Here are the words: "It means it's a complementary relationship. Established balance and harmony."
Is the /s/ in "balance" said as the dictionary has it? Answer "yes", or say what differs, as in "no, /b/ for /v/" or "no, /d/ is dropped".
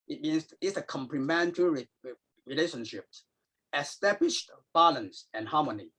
yes